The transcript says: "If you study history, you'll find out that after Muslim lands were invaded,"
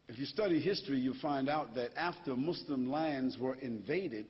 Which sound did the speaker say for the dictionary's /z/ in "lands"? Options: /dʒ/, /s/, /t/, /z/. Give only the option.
/z/